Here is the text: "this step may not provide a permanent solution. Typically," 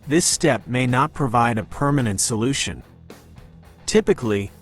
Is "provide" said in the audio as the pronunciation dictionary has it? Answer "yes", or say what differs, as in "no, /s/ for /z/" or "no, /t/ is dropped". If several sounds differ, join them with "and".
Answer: yes